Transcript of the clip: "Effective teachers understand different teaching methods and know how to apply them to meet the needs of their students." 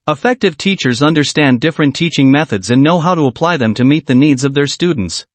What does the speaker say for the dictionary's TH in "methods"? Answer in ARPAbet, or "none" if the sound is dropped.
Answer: TH